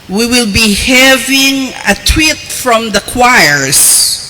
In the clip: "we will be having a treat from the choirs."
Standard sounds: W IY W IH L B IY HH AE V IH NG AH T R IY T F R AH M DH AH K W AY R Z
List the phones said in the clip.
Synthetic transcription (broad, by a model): W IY W IH L B IY HH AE V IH NG AH T W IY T F R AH M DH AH K W AY R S